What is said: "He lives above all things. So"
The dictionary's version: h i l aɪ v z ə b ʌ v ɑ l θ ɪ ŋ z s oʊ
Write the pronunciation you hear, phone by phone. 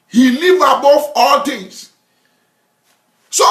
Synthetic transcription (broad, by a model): h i l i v ə b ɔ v ɑ l t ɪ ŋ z s oʊ